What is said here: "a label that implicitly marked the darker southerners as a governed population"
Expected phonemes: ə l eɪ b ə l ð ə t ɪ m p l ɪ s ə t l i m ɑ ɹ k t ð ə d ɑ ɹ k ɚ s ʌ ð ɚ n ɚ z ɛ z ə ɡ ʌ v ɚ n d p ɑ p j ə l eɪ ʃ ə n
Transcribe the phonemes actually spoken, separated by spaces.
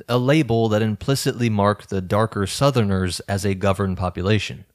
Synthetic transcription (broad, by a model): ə l eɪ b l ð ə t ɪ m p l ɪ s ə t l i m ɑ ɹ k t ð ə d ɑ ɹ k ɚ s ʌ ð ɚ n ɚ z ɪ z ə ɡ ʌ v ɚ n p ɑ p j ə l eɪ ʃ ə n